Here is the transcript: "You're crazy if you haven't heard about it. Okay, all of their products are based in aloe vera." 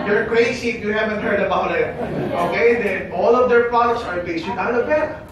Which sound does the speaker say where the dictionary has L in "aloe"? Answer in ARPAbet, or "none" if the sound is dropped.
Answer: none